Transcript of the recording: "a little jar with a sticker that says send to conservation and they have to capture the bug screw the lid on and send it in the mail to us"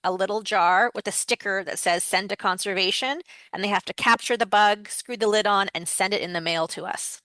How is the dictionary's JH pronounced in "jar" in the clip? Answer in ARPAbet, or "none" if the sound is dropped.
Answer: JH